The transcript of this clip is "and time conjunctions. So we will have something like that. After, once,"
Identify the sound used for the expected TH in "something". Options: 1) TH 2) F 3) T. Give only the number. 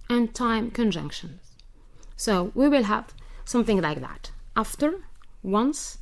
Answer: 1